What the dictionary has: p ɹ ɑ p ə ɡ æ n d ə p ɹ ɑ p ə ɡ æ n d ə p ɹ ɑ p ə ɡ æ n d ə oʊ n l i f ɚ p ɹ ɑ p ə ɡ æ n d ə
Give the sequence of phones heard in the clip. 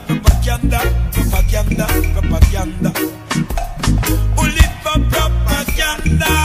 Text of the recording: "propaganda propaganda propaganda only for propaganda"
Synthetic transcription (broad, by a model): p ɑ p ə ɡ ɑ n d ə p ɑ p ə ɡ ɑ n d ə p ɑ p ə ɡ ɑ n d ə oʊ l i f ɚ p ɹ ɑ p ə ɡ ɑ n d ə